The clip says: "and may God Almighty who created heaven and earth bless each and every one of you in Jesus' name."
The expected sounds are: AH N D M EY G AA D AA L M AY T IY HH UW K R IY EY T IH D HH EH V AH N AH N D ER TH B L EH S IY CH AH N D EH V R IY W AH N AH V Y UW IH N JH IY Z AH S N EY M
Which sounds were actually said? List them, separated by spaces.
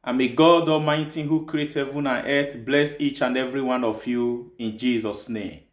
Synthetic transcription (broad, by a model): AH M EY G AA D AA M AY T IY HH UW K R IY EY T HH EH V AH N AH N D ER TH B L EH S IY CH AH N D EH V R IY W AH N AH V Y UW IH N JH IY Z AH S N EY M